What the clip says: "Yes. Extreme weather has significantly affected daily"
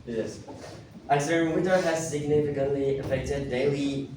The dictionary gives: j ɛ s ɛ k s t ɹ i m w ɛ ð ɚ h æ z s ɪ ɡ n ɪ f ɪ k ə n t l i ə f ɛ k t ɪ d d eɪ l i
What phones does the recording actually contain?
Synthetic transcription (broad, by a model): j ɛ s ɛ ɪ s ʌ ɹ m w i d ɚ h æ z s ɪ ɡ n ɪ f ɪ k ə n t l i ə f ɛ k t ɪ d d eɪ l i